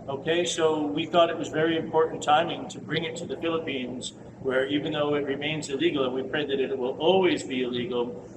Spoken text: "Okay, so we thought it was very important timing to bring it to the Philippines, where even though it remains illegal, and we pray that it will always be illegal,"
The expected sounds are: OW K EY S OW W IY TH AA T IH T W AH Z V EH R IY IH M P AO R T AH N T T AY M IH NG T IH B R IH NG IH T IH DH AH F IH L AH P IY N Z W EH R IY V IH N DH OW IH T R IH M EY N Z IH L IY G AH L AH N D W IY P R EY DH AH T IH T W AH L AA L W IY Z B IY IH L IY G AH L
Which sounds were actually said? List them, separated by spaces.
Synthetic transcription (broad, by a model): OW K EY S OW W IY TH AA T IH T W AH Z V EH R IY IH M P AO R T N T T AY M IH NG T IH B R IH NG IH T IH DH AH F IH L AH P IY N Z W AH R IY V IH N DH OW IH T R IH M EY N Z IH L IY G L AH N W IY P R EY DH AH T IH T W AH L AA L W IY Z B IY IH L IY G L